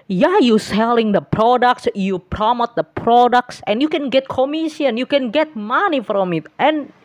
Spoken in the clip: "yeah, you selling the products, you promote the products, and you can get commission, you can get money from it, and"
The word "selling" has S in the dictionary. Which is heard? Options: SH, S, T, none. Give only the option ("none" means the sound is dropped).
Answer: S